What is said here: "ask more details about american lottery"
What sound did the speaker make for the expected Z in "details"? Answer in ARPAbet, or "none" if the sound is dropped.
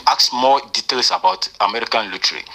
S